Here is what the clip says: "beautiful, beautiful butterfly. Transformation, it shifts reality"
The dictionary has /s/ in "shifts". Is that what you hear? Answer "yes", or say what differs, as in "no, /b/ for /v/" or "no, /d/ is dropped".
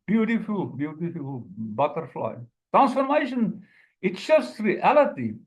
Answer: no, /s/ is dropped